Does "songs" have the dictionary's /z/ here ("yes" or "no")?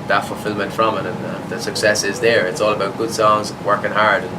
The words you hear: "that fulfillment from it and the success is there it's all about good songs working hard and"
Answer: yes